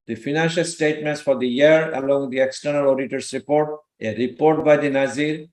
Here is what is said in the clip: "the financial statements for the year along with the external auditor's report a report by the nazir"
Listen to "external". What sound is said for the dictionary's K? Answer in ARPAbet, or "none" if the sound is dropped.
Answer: K